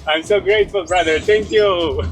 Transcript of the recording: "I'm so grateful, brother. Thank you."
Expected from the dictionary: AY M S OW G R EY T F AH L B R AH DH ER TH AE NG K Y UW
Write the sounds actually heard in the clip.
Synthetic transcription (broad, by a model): AY M S OW G R EY T F AH L B R AH DH ER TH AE NG K Y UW